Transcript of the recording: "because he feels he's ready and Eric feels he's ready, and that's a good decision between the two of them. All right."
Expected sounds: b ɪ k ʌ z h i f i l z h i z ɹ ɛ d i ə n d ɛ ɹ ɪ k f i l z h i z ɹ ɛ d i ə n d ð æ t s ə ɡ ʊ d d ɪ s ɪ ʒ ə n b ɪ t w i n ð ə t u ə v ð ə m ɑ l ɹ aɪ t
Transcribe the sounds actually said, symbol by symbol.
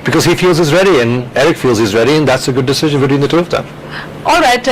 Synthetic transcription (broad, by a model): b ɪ k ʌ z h i f i l z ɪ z ɹ ɛ d i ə n ɛ ɹ ɪ k f i l z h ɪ z ɹ ɛ d i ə n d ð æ t s ə ɡ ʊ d d ɪ s ɪ ʒ ə n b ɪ t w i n ð ə t u ə v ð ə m ɑ l ɹ aɪ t